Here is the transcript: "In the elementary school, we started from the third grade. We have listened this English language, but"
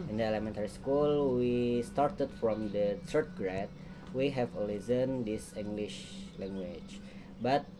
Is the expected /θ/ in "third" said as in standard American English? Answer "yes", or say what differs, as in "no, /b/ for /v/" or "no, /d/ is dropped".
no, /t/ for /θ/